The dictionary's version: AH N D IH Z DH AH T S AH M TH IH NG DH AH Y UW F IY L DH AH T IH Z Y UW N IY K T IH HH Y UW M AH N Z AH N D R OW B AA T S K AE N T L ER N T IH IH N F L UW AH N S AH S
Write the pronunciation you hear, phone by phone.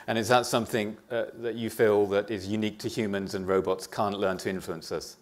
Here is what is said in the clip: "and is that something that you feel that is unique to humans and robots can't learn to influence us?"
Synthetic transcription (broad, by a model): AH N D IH S DH AH T S AH M TH IH NG DH AH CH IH F IY L DH AH T IH Z Y UW N IY K T IH HH Y UW M AH N Z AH N R OW B AA T S K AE N T L ER N T IH IH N F L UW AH N S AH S